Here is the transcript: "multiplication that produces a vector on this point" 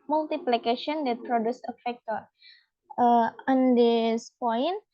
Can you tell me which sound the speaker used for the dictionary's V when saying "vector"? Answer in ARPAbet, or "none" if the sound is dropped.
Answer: F